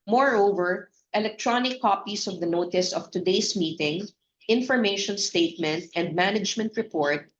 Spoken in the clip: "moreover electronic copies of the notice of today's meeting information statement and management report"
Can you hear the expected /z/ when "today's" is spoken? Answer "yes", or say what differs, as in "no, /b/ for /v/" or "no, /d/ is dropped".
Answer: no, /s/ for /z/